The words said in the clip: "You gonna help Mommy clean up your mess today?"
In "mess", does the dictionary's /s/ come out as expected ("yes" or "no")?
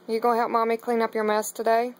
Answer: yes